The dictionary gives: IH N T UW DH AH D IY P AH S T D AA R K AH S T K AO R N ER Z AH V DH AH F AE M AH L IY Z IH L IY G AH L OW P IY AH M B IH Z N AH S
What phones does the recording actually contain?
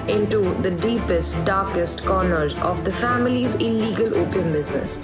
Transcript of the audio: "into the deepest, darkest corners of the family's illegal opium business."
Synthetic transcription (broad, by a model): IH N T UW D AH D IY P AH S T D AA R K AH S T K AO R N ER AH V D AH F AE M AH L IY Z IH L IY G AH L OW P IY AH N B IH Z N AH S